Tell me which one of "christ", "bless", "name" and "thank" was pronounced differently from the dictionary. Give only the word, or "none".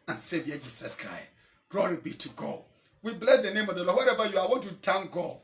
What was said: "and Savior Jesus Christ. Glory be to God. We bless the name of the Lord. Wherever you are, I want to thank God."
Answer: thank